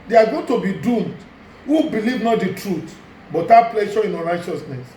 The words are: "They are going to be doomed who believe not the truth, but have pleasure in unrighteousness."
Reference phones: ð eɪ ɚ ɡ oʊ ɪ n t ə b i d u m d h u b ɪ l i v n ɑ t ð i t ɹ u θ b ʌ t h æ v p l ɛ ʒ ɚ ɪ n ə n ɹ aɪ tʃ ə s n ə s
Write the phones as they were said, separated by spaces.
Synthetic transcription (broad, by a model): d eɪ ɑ ɡ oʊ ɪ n t ə b i d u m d h u b ɪ l i v n ɑ t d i t ɹ u t b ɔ t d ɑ p l ɛ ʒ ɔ ɪ n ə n ɹ aɪ tʃ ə s n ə s